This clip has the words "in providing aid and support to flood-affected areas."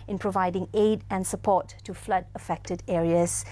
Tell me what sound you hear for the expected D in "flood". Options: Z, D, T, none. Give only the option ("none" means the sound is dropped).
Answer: D